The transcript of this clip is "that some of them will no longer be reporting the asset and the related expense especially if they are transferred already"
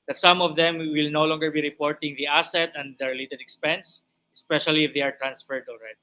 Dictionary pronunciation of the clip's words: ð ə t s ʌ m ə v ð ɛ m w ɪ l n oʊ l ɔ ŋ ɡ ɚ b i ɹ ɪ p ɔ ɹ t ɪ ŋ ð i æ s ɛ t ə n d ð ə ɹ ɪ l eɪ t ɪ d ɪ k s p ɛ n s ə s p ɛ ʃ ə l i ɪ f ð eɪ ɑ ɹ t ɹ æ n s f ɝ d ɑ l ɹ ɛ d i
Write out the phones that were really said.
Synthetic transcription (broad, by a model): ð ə t s ʌ m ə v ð ɛ m w ɪ l n oʊ l ɔ ŋ ɡ ɚ b i ɹ ɪ p ɔ ɹ t ɪ ŋ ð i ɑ s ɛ t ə n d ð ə ɹ ɪ l eɪ t ɪ d ɪ k s p ɛ n s ə s p ɛ ʃ ə l i ɪ f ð eɪ ɑ ɹ t ɹ æ n s f ɝ d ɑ l ɹ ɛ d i